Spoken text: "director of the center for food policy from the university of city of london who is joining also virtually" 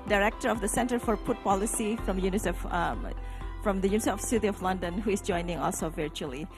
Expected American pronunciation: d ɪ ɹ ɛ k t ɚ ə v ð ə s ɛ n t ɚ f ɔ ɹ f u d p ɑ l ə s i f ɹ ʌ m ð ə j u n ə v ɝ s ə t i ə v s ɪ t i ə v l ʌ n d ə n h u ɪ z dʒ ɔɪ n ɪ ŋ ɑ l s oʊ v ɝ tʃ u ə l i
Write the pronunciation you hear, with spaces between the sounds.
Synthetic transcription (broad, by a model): d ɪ ɹ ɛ k t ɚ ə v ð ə s ɛ n t ɚ f ɔ ɹ p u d p ɑ l ə s i f ɹ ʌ m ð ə j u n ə s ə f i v s ɪ t i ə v l ʌ n d ə n h u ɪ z dʒ ɔɪ n ɪ ŋ ɑ l s oʊ v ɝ tʃ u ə l i